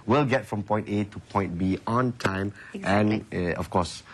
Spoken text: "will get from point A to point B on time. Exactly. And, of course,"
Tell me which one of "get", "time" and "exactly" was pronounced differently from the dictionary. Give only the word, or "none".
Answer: exactly